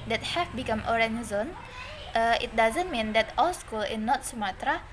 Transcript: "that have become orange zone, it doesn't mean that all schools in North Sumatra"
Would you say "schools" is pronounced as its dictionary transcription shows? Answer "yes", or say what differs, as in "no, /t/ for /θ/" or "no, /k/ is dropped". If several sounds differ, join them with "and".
no, /z/ is dropped